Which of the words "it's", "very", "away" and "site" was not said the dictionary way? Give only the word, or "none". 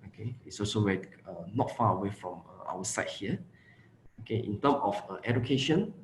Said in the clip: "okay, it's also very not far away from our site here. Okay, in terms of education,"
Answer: very